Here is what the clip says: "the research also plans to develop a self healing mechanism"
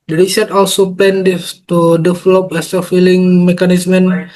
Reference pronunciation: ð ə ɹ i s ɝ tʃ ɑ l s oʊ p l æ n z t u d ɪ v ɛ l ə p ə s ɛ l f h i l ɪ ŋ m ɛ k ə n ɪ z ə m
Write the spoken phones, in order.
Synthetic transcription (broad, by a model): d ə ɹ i s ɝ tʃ ɑ l s oʊ p l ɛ n s t u d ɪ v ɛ l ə p ə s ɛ f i l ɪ ŋ m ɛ k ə n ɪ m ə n